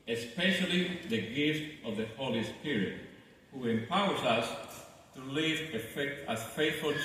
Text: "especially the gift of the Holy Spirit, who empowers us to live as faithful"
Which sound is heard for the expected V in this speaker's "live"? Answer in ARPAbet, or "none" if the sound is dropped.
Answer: F